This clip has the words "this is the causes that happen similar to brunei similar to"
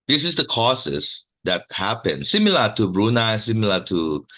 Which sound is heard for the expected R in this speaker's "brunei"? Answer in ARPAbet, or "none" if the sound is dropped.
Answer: R